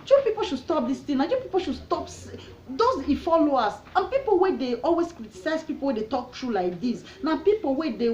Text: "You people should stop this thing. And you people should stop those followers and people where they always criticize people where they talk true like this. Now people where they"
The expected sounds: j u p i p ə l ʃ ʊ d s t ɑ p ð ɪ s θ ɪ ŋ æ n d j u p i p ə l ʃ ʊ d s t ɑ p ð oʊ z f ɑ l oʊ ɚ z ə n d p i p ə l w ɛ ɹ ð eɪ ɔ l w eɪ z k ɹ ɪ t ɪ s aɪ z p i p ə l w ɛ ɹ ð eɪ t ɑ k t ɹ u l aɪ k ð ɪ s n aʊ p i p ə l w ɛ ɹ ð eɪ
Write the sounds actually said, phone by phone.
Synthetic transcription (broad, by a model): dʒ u p i p ə l ʃ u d s t ɑ p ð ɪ s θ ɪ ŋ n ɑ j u p i p ə l ʃ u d s t ɑ p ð oʊ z f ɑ l oʊ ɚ s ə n p i p ə l w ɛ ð eɪ ɔ l w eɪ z k ɹ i t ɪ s aɪ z p i p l w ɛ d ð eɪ t ɑ k t ɹ u l aɪ k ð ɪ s n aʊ p i p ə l w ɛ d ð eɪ